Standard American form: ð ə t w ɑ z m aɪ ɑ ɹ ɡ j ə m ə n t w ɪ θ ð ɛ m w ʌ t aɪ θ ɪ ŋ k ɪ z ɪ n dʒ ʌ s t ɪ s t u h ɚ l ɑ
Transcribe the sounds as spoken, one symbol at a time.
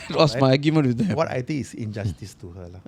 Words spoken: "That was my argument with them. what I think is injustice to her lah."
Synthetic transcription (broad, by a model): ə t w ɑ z m aɪ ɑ ɡ j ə m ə n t w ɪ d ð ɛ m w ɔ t aɪ t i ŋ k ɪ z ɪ n dʒ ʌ s t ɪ s t u h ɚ l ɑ